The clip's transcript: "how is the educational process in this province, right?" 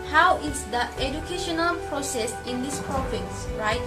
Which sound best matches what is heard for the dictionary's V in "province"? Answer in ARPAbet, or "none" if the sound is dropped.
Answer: F